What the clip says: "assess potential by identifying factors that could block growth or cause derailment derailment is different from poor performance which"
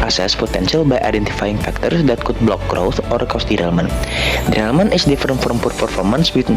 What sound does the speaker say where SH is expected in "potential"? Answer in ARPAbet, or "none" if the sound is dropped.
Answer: S